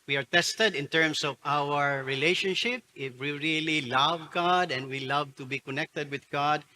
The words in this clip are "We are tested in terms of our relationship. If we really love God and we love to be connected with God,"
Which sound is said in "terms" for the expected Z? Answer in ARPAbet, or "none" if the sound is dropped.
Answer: S